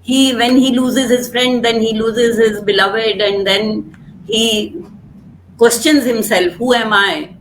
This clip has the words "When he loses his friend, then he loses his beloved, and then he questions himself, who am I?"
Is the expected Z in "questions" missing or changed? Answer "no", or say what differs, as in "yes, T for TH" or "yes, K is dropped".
no